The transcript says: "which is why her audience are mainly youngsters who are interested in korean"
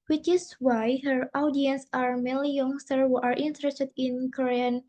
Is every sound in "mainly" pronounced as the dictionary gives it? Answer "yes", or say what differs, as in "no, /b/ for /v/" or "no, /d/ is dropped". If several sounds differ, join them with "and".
no, /n/ is dropped